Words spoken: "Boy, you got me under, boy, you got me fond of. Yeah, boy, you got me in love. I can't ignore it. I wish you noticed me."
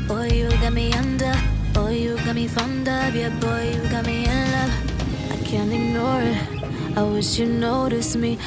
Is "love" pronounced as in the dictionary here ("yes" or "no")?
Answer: no